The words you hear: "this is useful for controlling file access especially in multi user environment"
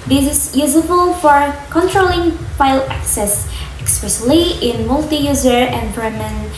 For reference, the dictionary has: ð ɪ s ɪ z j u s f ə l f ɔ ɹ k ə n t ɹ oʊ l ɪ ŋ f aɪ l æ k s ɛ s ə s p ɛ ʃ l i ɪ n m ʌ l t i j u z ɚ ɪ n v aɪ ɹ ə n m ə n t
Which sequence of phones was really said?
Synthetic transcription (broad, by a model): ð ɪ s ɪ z j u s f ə l f ɔ ɹ k ə n t ɹ oʊ l ɪ ŋ f aɪ l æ k s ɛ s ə s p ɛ s l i ɪ n m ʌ l t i j u z ɚ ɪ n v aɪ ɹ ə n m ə n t